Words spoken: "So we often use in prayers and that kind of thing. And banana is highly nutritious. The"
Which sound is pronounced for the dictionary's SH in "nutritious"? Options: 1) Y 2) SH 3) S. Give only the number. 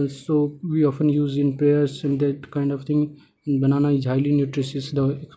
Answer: 3